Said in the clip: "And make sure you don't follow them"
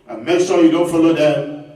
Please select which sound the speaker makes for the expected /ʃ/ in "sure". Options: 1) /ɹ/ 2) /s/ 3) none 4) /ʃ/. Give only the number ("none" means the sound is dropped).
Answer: 2